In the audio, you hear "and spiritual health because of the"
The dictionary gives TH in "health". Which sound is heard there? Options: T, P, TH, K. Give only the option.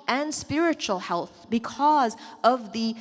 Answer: TH